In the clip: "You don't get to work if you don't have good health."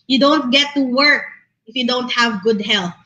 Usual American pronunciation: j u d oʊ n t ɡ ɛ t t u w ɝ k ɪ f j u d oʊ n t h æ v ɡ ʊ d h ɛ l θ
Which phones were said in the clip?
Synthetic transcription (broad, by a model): j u d oʊ n t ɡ ɛ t t u w ɝ k ɪ f j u d oʊ n t h æ v ɡ ʊ d h ɛ l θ